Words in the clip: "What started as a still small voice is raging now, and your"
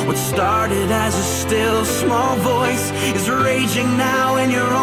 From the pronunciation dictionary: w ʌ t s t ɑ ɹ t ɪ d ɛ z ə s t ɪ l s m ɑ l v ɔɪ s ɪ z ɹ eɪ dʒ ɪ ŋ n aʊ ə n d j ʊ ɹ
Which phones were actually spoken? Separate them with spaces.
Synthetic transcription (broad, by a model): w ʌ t s t ɑ ɹ t ɪ d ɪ z ə s t ɪ l s m ɑ l v ɔɪ s ɪ z ɹ eɪ dʒ ɪ ŋ n aʊ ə n j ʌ ɹ